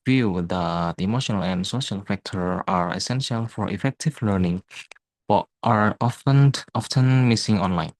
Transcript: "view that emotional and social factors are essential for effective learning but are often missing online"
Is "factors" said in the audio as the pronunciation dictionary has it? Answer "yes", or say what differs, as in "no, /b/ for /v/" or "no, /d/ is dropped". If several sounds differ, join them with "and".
no, /z/ is dropped